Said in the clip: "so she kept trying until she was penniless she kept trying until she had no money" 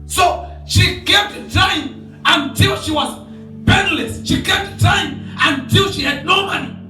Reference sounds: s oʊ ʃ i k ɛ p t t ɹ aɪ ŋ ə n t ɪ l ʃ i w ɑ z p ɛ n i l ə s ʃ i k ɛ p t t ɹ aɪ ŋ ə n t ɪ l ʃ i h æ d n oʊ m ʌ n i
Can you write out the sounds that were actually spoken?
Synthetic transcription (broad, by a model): s oʊ ʃ i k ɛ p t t aɪ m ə n t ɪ l ʃ i w ɑ z b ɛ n l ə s ʃ i k ɛ p t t aɪ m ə n t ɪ l ʃ i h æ d n oʊ m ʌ n i